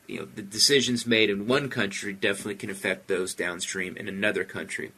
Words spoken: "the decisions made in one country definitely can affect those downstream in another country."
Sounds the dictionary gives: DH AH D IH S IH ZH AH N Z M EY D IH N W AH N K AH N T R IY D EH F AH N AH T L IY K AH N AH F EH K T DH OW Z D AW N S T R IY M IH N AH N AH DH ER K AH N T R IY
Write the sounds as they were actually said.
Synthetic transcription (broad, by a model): DH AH D IH S IH ZH AH N Z M EY D IH N W AH N K AH N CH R IY D EH F AH N AH T L IY K AH N AH F EH K T DH OW Z D AW N S T R IY M IH N AH N AH DH ER K AH N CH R IY